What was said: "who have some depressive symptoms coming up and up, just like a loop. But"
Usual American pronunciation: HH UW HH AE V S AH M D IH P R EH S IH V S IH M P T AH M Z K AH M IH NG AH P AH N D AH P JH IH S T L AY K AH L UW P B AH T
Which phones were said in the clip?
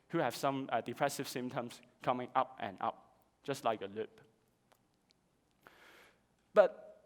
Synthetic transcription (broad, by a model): HH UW HH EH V S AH M D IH P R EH S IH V S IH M T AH M S K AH M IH NG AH P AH N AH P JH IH S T L AY K AH L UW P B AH T